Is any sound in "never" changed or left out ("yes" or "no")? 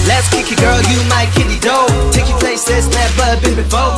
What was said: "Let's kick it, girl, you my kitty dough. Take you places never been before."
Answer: yes